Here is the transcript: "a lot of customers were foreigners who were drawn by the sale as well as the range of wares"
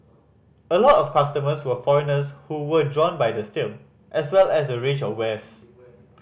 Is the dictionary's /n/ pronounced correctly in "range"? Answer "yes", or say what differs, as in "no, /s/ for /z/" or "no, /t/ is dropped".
no, /n/ is dropped